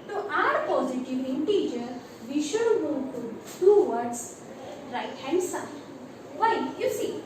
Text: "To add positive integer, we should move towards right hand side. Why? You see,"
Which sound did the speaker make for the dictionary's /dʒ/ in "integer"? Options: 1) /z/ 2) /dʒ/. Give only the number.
2